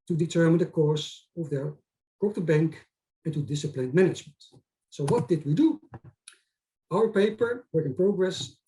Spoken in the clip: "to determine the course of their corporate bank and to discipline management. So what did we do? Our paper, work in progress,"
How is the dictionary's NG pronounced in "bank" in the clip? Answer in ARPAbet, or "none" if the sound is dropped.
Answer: NG